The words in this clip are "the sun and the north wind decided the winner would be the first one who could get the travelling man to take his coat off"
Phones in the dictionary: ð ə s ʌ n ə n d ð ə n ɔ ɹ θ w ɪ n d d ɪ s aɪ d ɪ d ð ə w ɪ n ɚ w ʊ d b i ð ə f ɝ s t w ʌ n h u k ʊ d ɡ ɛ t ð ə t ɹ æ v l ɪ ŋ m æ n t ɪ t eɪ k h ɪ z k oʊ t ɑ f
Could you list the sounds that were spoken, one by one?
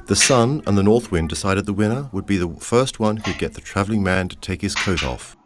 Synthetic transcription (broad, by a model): ð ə s ʌ n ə n ð ə n ɔ ɹ θ w ɪ n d d ɪ s aɪ d ɪ d ð ə w ɪ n ɚ w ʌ d b i ð ə f ɝ s t w ʌ n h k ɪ d ɡ ɛ t ð ə t ɹ æ v l ɪ ŋ m æ n t ɪ t eɪ k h ɪ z k oʊ t ɑ f